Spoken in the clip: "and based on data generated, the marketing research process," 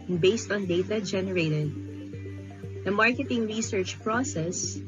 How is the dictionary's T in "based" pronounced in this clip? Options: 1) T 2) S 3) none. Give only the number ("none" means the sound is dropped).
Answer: 1